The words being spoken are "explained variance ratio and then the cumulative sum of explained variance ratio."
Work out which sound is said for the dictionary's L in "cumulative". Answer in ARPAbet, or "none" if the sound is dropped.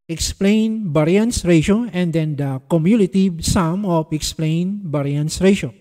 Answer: N